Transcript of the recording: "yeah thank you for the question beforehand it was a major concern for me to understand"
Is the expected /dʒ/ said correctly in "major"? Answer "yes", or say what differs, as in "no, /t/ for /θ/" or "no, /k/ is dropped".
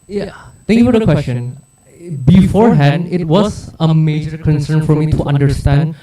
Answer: yes